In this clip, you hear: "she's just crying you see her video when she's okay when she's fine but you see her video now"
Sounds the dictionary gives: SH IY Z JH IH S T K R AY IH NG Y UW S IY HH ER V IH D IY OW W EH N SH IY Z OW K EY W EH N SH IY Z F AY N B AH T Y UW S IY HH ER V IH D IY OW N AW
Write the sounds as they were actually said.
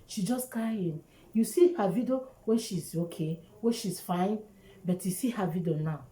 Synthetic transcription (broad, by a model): SH IY JH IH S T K AY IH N Y UW S IY HH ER V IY D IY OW W EH N SH IY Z OW K EY W EH N SH IY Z F AY N B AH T Y UW S IY HH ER V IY D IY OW N AW